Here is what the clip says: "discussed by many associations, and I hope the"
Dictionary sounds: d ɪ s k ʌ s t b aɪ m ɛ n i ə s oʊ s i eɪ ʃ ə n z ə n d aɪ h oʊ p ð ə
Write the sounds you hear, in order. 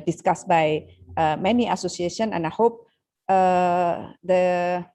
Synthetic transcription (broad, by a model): d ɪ s k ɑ s b aɪ m ɛ n i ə s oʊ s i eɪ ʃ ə n ə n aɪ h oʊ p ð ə